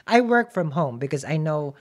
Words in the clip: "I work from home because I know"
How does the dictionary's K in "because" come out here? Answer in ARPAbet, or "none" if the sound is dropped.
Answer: K